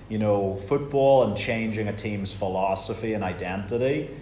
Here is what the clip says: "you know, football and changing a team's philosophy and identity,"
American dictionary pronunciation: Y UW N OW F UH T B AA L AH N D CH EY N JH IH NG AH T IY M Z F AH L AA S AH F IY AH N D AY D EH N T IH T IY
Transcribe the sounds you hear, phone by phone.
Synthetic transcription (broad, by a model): Y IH N OW F UH T B AA L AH N CH EY N JH IH NG AH T IY M Z F AH L AA S AH F IY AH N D AY D EH N T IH T IY